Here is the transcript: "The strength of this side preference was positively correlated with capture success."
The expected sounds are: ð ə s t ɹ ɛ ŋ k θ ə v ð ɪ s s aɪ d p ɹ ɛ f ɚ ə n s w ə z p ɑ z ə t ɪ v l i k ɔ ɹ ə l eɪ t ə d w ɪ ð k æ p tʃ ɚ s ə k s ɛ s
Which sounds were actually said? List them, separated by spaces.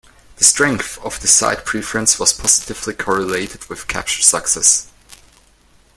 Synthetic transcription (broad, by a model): ð ə s t ɹ ɛ ŋ k θ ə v ð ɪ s s aɪ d p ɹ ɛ f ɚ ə n s w ə z p ɑ z ə t ɪ v l i k ɔ ɹ ə l eɪ t ə d w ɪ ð k æ p tʃ ɚ s ə k s ɛ s